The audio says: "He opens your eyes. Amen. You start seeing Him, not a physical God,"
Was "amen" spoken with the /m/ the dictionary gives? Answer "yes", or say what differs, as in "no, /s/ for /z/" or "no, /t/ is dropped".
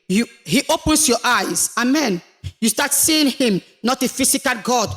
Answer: yes